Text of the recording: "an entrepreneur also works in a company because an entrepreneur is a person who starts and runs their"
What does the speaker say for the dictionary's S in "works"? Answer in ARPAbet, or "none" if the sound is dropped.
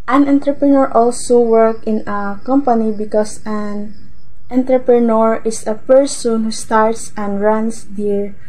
none